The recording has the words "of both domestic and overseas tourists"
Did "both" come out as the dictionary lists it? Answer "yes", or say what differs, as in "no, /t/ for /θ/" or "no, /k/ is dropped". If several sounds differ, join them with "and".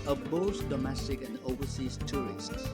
no, /s/ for /θ/